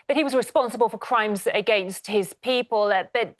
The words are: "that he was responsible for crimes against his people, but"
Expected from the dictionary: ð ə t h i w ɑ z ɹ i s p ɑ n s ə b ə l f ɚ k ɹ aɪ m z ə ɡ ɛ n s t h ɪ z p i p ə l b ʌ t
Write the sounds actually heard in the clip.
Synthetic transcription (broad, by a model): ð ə t h i w ɑ z ɹ i s p ɑ n s ə b ə l f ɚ k ɹ aɪ m z ə ɡ ɛ n s t h ɪ z p i p ə l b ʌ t